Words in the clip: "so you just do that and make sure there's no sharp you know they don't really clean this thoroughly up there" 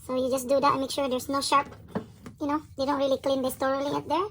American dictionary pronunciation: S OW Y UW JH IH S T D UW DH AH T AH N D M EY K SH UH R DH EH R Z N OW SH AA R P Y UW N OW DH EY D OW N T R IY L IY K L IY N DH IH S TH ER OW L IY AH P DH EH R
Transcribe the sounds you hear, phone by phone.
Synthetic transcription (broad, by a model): S OW Y UW JH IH S D UW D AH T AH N M EY K SH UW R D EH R S N OW SH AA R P Y UW N OW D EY D OW N T R IY L IY K L IY N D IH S T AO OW L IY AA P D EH R